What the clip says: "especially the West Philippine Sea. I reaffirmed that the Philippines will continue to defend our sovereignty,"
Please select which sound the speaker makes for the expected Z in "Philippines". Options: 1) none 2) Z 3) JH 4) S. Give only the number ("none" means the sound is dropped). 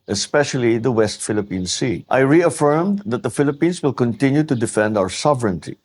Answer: 4